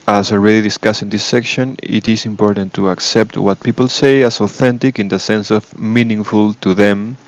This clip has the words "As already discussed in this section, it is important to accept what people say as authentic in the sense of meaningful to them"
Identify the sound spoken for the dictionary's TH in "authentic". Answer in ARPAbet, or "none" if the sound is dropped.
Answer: TH